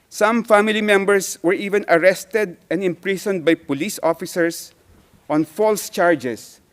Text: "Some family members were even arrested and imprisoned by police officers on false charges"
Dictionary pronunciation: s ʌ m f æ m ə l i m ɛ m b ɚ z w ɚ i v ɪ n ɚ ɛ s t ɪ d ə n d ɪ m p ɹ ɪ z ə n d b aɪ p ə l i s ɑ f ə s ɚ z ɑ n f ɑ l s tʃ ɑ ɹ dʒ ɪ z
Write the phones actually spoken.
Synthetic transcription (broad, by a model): s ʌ m f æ m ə l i m ɛ m b ɚ s w ɚ i v ɪ n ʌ ɛ s t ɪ d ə n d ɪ m p ɹ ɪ s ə n d b aɪ p ə l i s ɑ f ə s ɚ s ɑ n f ɑ l s tʃ ɑ ɹ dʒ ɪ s